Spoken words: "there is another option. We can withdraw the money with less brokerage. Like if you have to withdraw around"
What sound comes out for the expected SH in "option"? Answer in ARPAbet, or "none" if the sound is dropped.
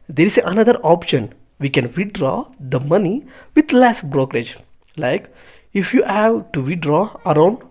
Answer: SH